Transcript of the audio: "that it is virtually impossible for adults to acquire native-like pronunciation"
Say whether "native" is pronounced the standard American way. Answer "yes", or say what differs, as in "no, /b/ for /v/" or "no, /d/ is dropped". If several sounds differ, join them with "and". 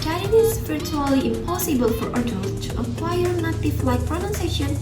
no, /f/ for /v/